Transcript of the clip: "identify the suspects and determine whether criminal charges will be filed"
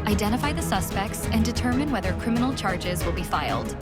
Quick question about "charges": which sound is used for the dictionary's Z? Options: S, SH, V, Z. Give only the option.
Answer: Z